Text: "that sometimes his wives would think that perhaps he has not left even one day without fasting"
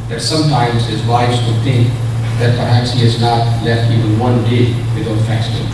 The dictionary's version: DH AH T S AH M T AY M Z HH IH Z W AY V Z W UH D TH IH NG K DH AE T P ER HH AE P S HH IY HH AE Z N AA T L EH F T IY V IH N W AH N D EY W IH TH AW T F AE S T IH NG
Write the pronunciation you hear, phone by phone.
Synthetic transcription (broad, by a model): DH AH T S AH M T AY M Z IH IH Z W AY Z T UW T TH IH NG K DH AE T P ER HH AE P S HH IY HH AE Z N AA T L EH F T IY V IH N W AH N D EY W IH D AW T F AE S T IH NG